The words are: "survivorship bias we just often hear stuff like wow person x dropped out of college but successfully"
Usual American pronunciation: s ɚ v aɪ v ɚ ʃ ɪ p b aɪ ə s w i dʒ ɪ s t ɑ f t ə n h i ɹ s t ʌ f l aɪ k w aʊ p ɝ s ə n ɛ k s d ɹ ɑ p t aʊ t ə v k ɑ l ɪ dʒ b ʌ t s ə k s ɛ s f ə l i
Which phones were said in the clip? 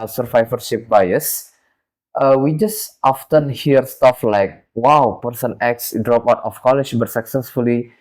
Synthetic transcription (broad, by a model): s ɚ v aɪ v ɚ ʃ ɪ p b aɪ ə s w i dʒ ɪ s t ɑ f t ə n h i ɹ s t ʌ f l aɪ k w aʊ p ɝ s ə n ɛ k s d ɹ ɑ p aʊ t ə f k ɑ l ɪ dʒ b ʌ t s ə k s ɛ s f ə l i